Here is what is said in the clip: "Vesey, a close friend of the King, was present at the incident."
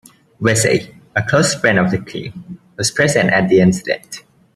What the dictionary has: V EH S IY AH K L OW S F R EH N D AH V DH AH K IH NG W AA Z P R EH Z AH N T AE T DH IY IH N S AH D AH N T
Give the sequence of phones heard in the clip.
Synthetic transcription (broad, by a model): W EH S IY AH K L OW S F R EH N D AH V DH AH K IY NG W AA S P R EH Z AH N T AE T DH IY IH N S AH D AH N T